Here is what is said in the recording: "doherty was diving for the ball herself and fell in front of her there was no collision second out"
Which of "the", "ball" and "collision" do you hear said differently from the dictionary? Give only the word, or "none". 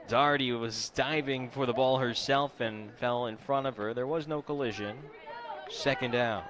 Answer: none